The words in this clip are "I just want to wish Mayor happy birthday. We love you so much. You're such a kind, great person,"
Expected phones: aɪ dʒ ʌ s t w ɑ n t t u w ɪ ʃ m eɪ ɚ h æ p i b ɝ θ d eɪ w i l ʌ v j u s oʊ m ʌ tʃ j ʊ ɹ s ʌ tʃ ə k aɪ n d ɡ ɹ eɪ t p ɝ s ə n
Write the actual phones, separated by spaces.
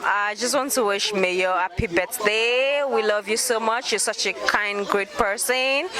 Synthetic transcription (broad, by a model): aɪ dʒ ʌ s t w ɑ n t t u w ɪ ʃ m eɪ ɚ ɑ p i b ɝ s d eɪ w i l ʌ v j u s oʊ m ʌ tʃ j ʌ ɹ s ʌ tʃ ə k aɪ n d ɡ ɹ eɪ t p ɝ s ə n